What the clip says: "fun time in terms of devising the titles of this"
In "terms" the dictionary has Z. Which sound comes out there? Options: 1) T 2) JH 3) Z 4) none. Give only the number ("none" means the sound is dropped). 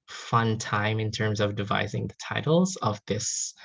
3